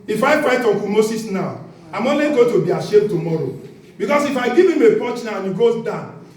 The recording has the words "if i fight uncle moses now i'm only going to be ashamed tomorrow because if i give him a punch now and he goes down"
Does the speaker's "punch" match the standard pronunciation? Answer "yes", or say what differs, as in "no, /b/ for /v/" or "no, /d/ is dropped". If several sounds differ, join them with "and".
no, /n/ is dropped